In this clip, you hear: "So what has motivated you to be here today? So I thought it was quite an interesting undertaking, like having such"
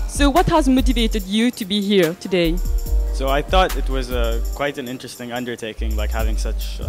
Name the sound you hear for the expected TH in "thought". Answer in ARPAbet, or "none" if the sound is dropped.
TH